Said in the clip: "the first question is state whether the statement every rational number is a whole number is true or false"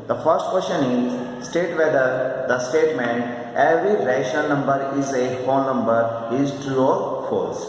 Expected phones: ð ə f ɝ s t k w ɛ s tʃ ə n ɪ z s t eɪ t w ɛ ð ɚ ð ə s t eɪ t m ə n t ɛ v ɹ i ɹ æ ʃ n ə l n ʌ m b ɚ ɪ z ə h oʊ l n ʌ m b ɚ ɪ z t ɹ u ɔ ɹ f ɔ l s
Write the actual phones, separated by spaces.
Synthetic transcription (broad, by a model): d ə f ɝ s t k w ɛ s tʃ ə n ɪ z s t eɪ t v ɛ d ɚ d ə s t eɪ t m ə n t ɛ v ɹ i ɹ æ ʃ ə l n ʌ m b ɚ ɪ z ə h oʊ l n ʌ m b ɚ ɪ z t ɹ u ɔ ɹ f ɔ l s